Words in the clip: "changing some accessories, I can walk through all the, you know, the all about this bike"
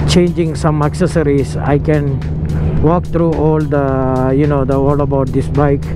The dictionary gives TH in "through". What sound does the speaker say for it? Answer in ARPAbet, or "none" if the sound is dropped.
T